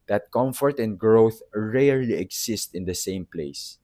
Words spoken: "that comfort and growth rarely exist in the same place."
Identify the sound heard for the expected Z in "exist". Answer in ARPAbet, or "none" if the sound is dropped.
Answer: S